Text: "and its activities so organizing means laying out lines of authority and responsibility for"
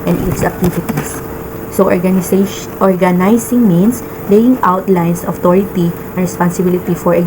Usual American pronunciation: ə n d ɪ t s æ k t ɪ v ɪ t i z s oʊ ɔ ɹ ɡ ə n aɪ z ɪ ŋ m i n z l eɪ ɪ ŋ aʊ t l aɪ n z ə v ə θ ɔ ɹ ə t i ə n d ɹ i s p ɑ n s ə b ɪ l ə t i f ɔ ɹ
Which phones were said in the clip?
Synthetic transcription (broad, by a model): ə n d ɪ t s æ k t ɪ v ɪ t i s s oʊ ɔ ɹ ɡ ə n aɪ s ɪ ŋ m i n s l eɪ ɪ ŋ aʊ t l aɪ n s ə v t ɔ ɹ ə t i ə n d ɹ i s p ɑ n s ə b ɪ l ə t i f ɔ ɹ